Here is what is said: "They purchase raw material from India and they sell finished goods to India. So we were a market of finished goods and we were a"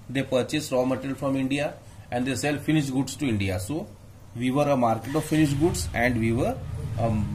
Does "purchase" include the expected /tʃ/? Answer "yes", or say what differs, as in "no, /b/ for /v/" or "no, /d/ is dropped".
yes